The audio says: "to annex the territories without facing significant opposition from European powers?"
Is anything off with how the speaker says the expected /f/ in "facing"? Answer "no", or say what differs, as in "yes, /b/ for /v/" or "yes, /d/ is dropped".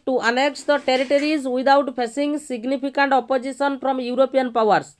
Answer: yes, /p/ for /f/